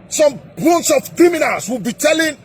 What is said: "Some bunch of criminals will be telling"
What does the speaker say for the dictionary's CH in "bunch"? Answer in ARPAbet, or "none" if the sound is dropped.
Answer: S